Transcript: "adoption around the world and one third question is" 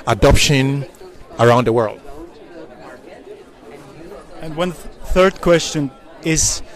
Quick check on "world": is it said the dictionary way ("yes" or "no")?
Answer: yes